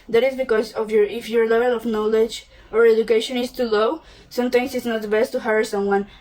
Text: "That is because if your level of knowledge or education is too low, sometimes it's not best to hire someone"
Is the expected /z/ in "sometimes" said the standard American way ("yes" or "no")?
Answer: no